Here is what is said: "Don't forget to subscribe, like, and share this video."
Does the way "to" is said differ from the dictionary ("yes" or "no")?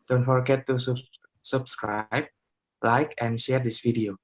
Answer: yes